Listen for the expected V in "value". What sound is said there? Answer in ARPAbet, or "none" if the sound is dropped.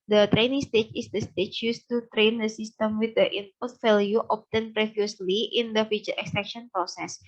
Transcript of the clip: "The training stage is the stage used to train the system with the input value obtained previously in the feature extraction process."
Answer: F